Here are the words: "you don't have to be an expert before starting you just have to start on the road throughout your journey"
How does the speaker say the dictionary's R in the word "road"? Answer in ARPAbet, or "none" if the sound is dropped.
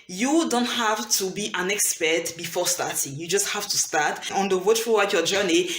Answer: W